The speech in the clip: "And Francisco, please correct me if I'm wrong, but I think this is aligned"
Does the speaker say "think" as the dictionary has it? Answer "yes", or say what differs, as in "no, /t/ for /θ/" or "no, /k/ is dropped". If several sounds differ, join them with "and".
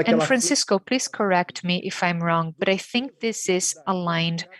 yes